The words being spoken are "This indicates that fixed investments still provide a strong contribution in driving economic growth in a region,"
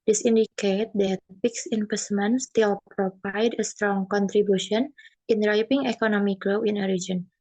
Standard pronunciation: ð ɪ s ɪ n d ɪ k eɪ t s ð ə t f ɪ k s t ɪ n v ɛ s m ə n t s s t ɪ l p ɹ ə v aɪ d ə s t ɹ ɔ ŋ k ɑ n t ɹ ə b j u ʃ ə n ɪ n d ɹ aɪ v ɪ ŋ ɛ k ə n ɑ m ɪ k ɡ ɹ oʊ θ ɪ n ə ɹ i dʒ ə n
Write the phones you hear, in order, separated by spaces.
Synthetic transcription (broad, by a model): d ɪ s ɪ n d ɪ k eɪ t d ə t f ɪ k s ɪ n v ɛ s m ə n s s t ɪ l p ɹ ə v aɪ d ə s t ɹ ɔ ŋ k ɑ n t ɹ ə b j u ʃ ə n ɪ n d ɹ aɪ p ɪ ŋ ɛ k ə n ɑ m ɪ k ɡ l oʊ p ɪ n ə ɹ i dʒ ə n